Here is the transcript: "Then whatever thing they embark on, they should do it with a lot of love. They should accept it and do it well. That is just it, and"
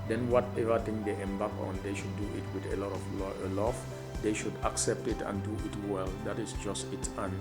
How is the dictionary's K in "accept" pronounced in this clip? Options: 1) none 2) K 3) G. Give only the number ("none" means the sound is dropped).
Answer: 2